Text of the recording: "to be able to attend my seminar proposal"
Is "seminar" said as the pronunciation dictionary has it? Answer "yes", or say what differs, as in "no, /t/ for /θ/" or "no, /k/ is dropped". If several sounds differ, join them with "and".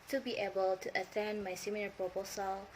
no, /l/ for /n/